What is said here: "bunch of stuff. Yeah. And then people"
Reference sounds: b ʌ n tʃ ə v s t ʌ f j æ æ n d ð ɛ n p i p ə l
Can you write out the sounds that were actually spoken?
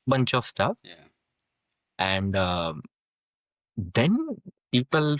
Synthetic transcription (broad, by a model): b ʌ n tʃ ə v s t ʌ f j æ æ n d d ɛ n p i p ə l